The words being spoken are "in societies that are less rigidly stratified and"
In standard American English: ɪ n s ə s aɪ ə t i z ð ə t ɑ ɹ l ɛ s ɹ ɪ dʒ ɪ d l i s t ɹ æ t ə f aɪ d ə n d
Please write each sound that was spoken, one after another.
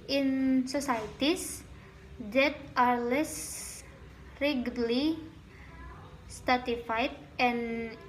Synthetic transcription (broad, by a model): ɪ n s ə s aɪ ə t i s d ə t ɑ ɹ l ɛ s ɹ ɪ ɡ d l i s t ɑ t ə f aɪ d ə n